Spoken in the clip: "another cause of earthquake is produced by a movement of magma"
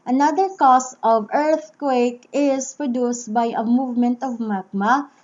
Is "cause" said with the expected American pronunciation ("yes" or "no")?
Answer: no